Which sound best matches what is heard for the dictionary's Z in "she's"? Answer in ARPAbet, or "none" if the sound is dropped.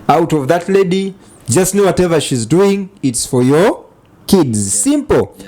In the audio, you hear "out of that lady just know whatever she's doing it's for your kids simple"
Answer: Z